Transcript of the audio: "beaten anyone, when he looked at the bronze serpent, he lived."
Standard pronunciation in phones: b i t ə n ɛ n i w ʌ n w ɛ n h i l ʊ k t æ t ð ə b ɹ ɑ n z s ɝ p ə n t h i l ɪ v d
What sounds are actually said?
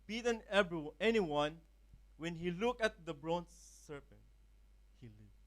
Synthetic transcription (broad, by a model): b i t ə n ɛ n i w ʌ n w ɛ n h i l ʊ k æ t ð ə b ɹ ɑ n s ɝ p ə n t h i l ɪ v